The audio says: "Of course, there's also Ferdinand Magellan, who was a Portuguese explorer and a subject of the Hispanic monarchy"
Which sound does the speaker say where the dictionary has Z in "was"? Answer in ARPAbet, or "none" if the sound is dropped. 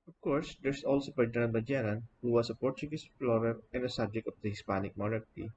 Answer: S